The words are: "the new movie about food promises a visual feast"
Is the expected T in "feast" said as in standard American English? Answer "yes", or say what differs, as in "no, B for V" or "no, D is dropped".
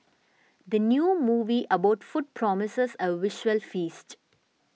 yes